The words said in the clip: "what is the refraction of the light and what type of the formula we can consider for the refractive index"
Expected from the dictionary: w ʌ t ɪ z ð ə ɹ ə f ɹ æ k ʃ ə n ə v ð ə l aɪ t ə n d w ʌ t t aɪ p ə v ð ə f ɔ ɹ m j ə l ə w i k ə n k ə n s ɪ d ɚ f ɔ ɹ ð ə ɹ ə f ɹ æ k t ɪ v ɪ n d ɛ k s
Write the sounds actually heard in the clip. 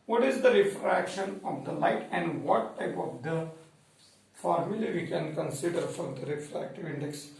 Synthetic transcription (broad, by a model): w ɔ t ɪ z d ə ɹ ə f ɹ æ k ʃ ə n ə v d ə l aɪ t ə n d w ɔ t t aɪ p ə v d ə f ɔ ɹ m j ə l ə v i k ə n k ə n s ɪ d ɚ f ɔ ɹ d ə ɹ ə f ɹ æ k t ɪ v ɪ n d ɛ k s